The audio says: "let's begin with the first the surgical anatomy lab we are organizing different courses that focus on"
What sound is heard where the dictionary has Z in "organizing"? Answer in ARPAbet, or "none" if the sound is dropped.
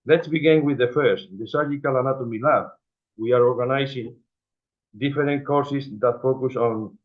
S